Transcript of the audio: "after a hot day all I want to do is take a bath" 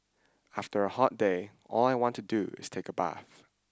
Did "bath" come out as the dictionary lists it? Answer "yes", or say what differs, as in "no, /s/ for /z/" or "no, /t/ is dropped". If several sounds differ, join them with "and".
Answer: yes